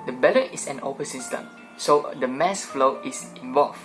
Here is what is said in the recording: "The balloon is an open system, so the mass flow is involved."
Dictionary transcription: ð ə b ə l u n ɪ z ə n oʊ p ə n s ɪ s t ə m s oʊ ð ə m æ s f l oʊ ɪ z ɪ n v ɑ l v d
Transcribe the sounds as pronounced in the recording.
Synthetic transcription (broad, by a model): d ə b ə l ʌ ɪ s ə n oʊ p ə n s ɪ s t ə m s oʊ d ə m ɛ s f l oʊ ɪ s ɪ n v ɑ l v